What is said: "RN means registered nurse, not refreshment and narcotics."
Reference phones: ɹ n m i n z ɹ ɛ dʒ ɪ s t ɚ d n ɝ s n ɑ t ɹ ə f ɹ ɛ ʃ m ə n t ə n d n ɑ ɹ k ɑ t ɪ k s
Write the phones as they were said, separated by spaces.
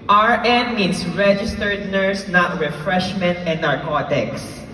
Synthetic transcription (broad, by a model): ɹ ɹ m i n s ɹ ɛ dʒ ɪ s t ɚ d n ɝ s n ɑ t ɹ ə f ɹ ɛ ʃ m ə n t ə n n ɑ ɹ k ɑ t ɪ k s